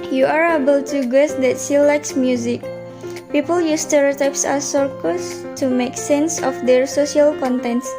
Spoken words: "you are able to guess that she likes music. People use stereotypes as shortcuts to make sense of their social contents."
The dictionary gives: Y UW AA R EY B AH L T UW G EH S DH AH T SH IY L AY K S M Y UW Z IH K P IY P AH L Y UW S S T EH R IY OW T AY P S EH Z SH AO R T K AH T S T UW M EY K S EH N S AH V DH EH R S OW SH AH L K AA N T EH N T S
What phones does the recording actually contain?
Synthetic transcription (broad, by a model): Y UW AA R EY B AH L T UW G EH S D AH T S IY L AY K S M Y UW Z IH K P IY P AH L Y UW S S T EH R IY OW T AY P S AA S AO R K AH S T UW M EY K S EH N S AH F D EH R S OW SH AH L K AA N T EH N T S